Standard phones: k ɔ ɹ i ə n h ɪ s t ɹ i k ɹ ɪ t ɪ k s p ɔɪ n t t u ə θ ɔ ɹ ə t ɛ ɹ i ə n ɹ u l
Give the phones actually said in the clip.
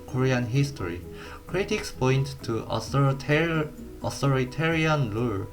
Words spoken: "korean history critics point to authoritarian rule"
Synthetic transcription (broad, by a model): k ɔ ɹ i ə n h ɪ s t ɹ i k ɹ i t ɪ k s p ɔɪ n t t u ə t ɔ ɹ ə t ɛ ɹ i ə n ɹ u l